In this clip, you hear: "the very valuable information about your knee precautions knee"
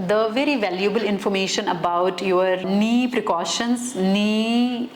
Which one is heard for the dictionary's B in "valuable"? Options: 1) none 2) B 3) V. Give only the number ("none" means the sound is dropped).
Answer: 2